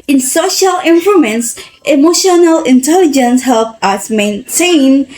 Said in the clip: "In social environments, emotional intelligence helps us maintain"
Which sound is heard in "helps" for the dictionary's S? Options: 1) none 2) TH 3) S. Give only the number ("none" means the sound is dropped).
1